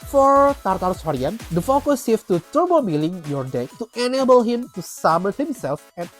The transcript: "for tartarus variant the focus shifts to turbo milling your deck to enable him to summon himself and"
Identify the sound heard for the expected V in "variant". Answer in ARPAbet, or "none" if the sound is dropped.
W